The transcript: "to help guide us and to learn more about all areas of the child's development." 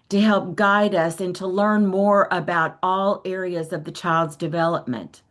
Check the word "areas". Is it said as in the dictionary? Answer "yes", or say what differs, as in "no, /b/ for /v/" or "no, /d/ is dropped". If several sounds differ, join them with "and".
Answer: yes